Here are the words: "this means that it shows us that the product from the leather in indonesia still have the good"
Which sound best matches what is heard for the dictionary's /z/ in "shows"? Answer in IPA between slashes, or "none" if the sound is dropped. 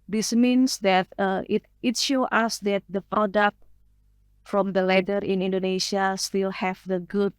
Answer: none